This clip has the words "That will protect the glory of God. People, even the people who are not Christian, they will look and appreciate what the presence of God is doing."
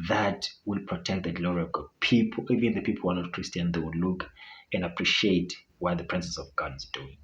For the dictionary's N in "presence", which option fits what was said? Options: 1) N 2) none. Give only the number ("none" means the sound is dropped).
2